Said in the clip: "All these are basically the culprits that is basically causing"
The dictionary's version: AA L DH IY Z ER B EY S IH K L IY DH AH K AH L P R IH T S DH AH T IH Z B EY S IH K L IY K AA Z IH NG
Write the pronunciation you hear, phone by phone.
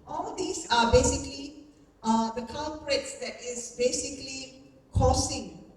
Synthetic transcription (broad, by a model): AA L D IY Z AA B EY S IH K L IY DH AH K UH N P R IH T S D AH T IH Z B EY S IH K L IY K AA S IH NG